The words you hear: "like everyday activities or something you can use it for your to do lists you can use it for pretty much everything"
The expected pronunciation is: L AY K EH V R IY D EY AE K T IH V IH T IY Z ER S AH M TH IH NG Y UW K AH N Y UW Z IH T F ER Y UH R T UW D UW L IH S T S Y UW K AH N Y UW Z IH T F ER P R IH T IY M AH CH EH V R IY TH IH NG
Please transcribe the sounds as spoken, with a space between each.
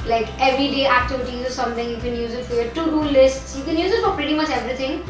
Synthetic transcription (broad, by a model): L AY K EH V R IY D EY AE K T IH V IH T IY Z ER S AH M T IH NG Y UW K AH N Y UW Z IH T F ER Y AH T UW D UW L IH S T S Y UW K AH N Y UW Z IH T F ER P R IH T IY M AH CH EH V R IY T IH NG